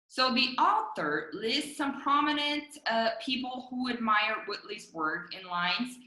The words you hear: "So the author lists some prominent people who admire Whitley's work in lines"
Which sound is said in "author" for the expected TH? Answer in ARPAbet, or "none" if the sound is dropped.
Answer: TH